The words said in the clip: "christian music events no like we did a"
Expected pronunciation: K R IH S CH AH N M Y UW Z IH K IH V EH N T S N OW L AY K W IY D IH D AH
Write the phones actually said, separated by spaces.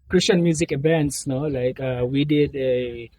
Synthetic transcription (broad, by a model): K R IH S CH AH N M Y UW Z IH K IH V EH N T S N OW L AY K W IY D IH D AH